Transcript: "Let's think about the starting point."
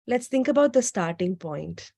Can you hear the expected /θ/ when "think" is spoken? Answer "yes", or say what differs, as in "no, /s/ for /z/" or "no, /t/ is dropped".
no, /t/ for /θ/